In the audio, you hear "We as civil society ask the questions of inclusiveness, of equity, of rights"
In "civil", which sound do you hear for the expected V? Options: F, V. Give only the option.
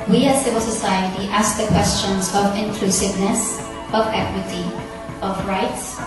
V